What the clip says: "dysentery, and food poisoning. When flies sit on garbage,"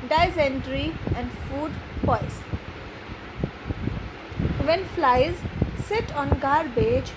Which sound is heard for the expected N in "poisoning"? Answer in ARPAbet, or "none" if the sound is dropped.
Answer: none